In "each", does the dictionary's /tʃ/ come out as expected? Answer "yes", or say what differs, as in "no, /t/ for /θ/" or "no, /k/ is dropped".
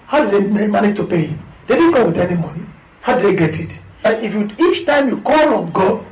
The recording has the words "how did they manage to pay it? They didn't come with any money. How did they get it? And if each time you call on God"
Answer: yes